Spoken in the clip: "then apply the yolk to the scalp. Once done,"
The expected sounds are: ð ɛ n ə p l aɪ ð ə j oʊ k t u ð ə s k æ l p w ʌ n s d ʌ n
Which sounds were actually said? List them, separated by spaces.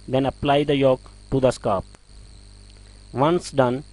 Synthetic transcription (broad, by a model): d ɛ n ə p l aɪ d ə j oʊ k t u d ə s k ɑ p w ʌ n s d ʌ n